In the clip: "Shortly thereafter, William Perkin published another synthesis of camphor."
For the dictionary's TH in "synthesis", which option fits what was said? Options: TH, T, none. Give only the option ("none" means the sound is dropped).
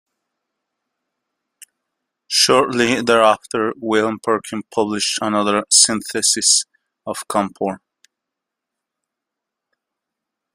TH